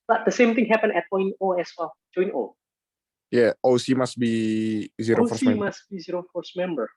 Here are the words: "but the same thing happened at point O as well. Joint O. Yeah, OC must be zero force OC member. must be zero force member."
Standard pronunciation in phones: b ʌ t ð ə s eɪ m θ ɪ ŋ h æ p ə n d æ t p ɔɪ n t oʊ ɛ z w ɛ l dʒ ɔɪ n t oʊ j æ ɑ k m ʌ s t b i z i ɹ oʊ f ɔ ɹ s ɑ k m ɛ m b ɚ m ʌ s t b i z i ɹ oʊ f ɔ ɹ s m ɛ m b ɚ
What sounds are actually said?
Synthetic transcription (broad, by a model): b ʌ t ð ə s eɪ m t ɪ ŋ h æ p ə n ɛ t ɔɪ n oʊ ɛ s w ɛ l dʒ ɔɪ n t oʊ j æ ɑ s m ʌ s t b i z i ɹ oʊ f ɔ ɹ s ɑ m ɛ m ɚ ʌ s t b i z i ɹ oʊ f ɔ ɹ s m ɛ m b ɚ